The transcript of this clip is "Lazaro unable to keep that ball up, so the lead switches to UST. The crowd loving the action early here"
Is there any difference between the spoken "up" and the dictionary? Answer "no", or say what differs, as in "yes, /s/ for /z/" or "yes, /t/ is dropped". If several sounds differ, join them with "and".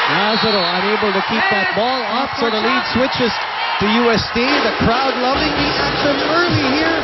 yes, /f/ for /p/